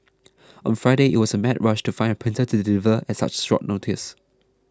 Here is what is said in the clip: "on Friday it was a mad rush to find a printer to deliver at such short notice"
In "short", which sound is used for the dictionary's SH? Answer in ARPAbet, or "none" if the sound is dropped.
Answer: S